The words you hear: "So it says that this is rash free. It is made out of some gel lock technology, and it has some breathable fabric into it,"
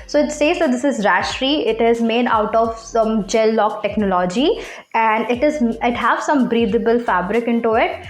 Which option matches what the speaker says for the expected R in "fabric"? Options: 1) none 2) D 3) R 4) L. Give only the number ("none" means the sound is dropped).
3